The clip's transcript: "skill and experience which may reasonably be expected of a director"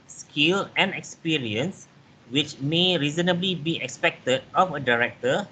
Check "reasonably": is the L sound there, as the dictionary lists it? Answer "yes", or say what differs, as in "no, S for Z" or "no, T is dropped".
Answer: yes